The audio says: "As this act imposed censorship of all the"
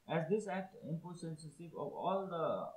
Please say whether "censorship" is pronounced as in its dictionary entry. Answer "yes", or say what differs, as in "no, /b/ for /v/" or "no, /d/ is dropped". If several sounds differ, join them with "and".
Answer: no, /s/ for /ʃ/